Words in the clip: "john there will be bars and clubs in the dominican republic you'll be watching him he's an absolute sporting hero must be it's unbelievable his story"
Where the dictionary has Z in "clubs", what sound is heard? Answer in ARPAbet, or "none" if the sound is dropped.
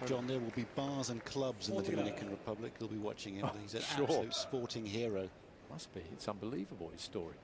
Z